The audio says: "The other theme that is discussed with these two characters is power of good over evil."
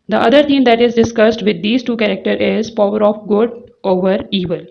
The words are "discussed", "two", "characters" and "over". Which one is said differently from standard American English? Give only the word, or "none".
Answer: characters